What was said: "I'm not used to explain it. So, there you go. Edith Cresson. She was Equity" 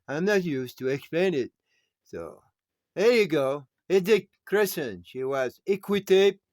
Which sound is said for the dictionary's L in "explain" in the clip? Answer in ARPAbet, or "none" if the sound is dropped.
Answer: L